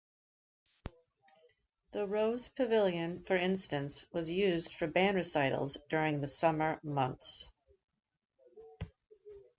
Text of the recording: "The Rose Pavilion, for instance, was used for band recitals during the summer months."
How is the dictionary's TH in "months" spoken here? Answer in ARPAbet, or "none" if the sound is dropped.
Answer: TH